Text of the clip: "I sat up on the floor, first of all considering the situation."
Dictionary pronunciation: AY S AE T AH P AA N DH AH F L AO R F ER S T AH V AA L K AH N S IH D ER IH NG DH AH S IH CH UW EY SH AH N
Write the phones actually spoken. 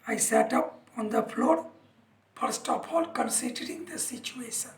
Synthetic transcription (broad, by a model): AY S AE T AH P AA N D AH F L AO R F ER S T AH P AA L K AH N S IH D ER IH NG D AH S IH CH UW EY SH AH N